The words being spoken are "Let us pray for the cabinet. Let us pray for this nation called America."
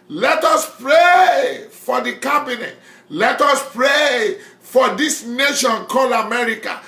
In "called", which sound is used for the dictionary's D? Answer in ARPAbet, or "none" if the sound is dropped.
none